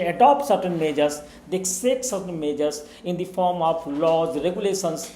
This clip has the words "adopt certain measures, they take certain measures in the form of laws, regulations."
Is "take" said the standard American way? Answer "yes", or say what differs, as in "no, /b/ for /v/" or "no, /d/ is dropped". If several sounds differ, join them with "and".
no, /s/ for /t/